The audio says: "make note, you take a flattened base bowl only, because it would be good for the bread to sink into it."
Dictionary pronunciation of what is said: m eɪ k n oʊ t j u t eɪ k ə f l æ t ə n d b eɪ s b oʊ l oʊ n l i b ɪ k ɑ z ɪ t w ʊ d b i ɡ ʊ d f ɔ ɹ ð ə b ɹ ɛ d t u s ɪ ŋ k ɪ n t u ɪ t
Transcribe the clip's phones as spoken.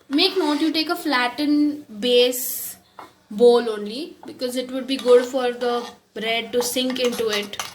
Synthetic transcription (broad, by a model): m eɪ k n oʊ t j u t eɪ k ə f l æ t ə n b eɪ s b oʊ l oʊ n l i b ɪ k ɑ z ɪ t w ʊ d b i ɡ ʊ d f ɔ ɹ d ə b ɹ ɛ d t u s ɪ ŋ k ɪ n t u ɪ t